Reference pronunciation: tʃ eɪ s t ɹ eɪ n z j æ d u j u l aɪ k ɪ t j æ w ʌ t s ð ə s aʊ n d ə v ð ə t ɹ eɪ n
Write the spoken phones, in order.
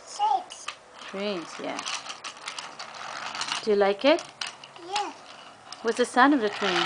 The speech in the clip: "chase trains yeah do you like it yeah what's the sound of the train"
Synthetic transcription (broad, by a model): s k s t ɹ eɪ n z j æ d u j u l aɪ k ɪ t j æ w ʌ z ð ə s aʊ n ə v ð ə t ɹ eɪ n